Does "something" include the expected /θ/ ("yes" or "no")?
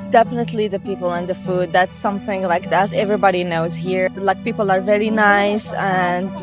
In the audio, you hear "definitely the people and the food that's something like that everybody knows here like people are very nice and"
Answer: yes